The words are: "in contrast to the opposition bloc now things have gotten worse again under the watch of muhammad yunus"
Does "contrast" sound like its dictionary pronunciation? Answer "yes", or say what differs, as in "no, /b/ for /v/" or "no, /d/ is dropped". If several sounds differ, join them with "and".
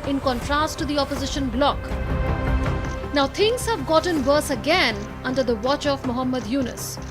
yes